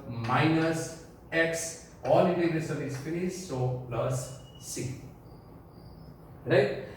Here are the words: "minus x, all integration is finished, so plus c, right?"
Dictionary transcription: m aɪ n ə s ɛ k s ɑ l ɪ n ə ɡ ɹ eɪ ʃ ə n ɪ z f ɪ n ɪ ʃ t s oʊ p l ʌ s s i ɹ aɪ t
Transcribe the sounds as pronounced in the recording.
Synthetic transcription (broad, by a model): m aɪ n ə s ɛ k s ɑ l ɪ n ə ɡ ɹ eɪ s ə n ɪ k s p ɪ t s oʊ p l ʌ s s i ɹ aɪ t